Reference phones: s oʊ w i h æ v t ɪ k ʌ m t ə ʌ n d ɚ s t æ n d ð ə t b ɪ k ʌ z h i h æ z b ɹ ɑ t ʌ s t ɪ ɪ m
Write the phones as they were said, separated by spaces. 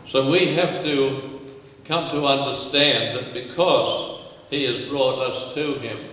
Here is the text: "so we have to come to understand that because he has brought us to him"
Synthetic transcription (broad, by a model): s oʊ w i h æ f t ɪ k ʌ m t ə ʌ n d ɚ s t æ n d ð ə t b ɪ k ʌ z h i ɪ z b ɹ ɑ t ʌ s t ɪ ɪ m